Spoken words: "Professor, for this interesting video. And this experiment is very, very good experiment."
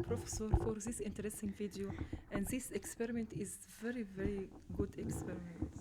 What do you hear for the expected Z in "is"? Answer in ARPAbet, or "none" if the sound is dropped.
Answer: Z